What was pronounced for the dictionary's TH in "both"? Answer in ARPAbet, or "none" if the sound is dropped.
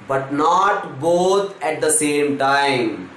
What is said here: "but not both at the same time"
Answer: T